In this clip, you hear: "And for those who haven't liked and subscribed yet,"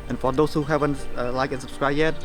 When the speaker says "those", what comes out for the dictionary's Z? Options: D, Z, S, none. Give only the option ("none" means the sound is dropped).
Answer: S